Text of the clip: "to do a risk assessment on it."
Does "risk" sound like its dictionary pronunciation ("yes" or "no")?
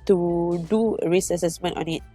no